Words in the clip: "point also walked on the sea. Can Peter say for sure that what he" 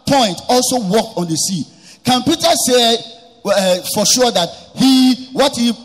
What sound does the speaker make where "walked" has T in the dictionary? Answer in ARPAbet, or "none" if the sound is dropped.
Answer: T